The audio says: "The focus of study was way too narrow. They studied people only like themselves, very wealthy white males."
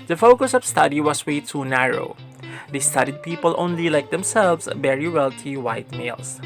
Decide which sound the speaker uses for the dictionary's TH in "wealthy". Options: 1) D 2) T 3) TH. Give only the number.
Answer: 2